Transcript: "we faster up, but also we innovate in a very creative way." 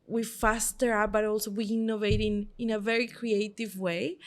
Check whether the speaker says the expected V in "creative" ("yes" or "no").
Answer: yes